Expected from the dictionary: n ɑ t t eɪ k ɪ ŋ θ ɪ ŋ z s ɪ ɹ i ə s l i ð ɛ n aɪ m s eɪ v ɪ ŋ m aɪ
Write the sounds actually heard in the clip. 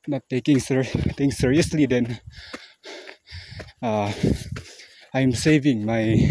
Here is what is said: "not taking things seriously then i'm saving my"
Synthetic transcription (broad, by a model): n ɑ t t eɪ k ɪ ŋ t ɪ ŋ s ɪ ɹ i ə s l i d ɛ n aɪ m s eɪ v ɪ ŋ m aɪ